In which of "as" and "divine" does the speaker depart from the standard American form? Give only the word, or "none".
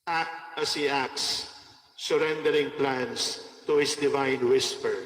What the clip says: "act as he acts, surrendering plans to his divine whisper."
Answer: as